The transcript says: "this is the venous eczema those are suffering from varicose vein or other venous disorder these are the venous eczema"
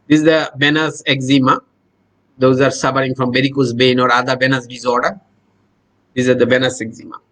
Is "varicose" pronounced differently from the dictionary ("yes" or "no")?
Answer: yes